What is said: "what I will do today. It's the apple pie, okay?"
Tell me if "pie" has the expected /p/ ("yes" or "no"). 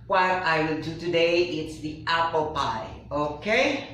yes